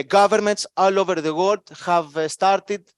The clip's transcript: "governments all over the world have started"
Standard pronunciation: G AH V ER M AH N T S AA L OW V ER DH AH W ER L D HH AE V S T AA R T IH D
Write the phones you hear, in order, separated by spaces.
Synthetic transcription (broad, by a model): G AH V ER M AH N T S AA L OW V ER DH AH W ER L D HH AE V S T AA R T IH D